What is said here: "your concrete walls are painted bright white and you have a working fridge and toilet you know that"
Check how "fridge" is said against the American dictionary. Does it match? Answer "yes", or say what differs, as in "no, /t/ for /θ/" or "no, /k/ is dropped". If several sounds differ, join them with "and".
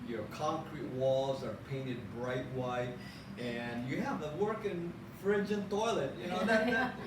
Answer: yes